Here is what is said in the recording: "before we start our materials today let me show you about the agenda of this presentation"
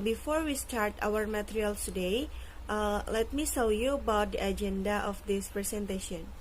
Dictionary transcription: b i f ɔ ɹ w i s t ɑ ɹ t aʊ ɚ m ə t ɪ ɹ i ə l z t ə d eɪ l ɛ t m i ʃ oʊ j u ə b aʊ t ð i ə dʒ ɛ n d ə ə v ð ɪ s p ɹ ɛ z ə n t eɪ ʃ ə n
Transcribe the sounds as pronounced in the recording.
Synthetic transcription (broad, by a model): b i f ɔ ɹ w i s t ɑ ɹ t aʊ ɚ m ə t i ɹ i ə l s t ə d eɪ l ɛ t m i s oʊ j u ə b aʊ t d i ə dʒ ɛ n d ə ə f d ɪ s p ɹ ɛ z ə n t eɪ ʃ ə n